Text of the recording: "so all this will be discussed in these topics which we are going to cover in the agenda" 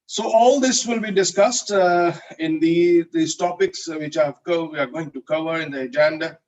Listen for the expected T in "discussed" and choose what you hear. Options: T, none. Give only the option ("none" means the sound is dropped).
T